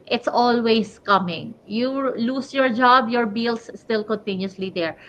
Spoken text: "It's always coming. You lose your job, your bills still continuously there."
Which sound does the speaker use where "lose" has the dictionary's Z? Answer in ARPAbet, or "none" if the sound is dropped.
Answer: S